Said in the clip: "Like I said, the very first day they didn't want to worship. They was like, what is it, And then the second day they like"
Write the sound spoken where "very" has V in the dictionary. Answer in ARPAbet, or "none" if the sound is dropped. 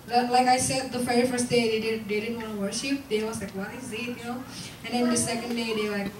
F